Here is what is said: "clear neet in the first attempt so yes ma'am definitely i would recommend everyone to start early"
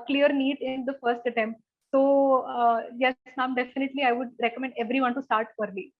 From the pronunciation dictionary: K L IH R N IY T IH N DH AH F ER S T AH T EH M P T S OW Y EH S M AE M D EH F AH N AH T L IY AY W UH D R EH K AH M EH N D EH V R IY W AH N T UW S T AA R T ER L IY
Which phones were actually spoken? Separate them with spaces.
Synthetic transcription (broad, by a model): K L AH R N IY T IH N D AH F ER S T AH T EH M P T S OW Y EH S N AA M D EH F AH N AH T L IY AY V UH D R EH K AH M EH N D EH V R IY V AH N T UW S T AA R T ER L IY